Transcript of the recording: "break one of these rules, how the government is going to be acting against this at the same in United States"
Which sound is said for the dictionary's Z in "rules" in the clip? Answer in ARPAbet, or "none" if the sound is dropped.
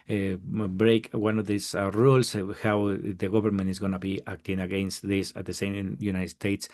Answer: S